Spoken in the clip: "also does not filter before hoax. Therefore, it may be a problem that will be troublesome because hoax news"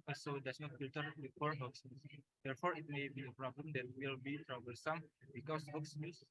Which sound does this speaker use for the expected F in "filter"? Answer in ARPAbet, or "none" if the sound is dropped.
P